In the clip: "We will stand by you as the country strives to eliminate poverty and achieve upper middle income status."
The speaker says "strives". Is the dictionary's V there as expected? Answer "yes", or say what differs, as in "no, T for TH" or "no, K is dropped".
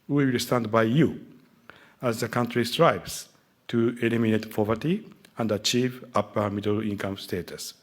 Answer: no, B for V